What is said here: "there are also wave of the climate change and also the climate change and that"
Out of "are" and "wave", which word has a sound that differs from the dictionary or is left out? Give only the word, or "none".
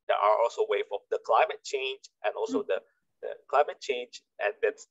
wave